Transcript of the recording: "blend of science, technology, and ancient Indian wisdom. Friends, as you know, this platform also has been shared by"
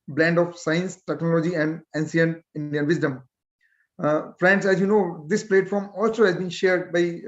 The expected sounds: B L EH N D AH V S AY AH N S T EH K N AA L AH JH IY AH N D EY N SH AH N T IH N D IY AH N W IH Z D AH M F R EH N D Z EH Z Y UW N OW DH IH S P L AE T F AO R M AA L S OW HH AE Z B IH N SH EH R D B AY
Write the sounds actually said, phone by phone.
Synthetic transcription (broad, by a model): B L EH N D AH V S AY AH N S T EH K N AA L AH JH IY AH N D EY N S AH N IH N D IY AH N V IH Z D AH M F R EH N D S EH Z Y UW N OW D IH S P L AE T F AO R M AA L S OW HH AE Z B IH N SH EH R D B AY